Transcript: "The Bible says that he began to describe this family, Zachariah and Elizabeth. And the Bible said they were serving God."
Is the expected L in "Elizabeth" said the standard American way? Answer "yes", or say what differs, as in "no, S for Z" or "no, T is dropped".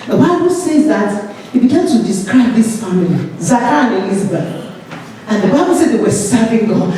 no, N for L